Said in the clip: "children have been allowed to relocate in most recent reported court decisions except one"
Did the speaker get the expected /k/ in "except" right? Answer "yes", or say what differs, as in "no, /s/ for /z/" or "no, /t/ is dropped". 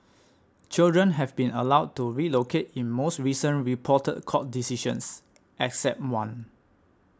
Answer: yes